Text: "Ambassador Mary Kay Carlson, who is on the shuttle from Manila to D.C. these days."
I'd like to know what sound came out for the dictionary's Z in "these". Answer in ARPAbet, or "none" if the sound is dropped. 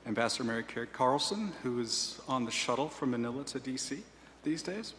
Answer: Z